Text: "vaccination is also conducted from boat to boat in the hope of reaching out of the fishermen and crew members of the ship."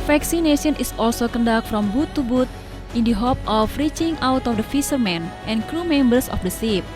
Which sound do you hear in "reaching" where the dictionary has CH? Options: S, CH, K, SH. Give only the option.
CH